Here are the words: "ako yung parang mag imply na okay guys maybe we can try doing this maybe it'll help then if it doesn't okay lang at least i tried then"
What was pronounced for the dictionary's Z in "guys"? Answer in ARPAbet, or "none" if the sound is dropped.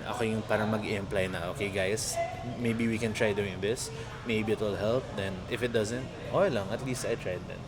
S